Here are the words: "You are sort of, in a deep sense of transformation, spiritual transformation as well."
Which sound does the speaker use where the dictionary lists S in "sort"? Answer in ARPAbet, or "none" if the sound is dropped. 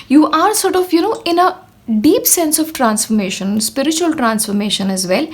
S